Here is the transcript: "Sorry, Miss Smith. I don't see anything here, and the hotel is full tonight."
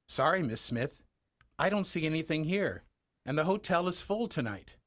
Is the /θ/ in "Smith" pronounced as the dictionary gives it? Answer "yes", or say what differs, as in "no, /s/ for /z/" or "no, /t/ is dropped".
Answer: yes